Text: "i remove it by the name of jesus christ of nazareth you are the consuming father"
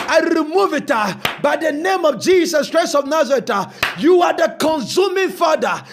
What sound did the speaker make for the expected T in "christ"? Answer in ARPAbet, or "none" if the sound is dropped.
none